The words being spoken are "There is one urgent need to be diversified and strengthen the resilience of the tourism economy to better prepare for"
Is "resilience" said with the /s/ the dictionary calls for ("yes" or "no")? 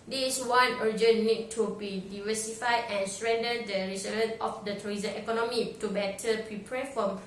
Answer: no